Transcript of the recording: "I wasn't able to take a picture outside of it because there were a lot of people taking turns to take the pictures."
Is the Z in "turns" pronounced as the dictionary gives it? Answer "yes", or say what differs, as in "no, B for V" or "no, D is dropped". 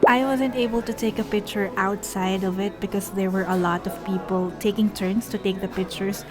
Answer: no, S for Z